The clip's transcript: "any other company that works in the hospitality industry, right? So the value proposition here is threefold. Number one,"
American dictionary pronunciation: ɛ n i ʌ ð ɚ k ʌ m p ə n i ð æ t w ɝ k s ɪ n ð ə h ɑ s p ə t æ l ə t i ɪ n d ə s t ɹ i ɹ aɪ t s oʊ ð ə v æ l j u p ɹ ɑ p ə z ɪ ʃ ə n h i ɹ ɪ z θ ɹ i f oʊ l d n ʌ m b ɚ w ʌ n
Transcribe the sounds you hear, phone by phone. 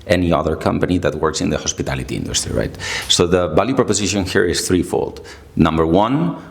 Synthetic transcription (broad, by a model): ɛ n i ʌ ð ɚ k ʌ m p ə n i ð æ t w ɝ k s ɪ n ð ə h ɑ s p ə t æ l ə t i ɪ n d ə s t ɹ i ɹ aɪ t s oʊ ð ə b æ l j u p ɹ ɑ p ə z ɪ ʃ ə n h i ɹ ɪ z θ ɹ i f oʊ l d n ʌ m b ɚ w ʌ n